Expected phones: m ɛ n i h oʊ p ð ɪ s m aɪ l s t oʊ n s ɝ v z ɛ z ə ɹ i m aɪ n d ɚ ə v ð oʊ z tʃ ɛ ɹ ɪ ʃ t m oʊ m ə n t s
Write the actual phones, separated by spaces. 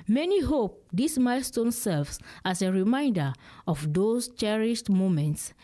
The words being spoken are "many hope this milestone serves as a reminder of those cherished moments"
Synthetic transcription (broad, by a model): m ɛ n i h oʊ p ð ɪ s m aɪ l s t oʊ n s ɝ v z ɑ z ə ɹ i m aɪ n d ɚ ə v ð oʊ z tʃ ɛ ɹ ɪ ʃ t m oʊ m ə n t s